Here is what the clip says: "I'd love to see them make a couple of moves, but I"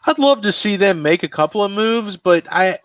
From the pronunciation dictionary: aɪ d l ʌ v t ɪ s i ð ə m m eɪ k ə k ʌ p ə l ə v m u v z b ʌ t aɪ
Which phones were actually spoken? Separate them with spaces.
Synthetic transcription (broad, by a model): aɪ d l ʌ v t ɪ s i ð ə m m eɪ k ə k ʌ p l ə v m u v z b ʌ t aɪ